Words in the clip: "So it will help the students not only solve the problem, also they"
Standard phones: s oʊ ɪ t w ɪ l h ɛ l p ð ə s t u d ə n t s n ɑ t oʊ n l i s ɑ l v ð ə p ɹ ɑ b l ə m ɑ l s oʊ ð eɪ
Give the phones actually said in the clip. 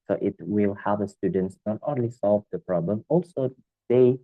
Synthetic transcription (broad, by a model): s oʊ ɪ t w ɪ l h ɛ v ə s t u d ə n t s n ɑ t oʊ n l i s ɑ l v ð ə p ɹ ɑ b l ə m ɑ l s oʊ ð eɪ